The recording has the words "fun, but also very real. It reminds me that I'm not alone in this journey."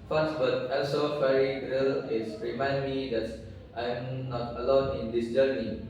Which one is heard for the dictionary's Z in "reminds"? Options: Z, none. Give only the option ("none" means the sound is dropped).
none